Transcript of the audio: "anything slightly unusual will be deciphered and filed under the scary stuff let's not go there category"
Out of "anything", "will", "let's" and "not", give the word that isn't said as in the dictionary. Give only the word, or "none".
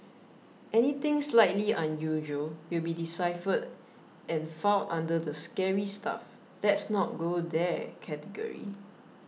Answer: anything